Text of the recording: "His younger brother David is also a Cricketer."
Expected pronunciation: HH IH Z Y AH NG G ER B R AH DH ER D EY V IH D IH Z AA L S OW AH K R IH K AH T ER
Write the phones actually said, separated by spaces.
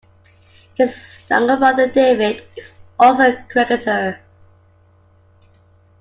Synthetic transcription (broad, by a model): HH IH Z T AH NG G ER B AH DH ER D EY V IH D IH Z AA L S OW AH K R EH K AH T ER